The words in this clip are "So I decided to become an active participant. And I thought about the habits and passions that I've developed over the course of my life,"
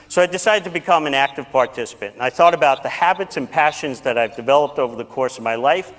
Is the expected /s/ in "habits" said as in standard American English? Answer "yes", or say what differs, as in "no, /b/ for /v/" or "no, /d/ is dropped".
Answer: yes